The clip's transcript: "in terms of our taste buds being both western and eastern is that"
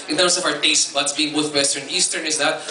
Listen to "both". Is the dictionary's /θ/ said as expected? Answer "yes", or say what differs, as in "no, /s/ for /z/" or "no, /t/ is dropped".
no, /t/ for /θ/